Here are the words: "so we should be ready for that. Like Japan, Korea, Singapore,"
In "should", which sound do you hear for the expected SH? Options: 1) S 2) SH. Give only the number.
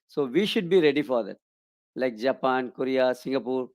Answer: 2